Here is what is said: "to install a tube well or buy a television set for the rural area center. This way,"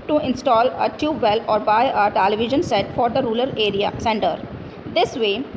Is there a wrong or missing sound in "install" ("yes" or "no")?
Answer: no